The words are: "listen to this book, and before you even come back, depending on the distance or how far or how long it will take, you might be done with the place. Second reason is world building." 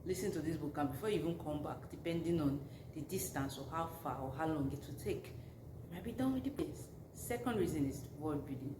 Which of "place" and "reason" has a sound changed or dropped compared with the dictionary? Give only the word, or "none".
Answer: place